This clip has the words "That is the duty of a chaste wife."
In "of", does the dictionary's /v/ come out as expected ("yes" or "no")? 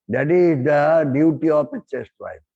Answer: no